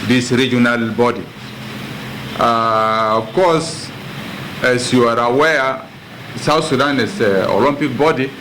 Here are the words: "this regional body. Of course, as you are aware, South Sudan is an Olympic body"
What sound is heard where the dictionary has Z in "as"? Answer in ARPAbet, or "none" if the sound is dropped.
S